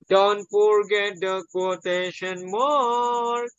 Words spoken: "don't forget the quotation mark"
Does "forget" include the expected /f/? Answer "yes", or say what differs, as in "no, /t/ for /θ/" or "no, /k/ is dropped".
no, /p/ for /f/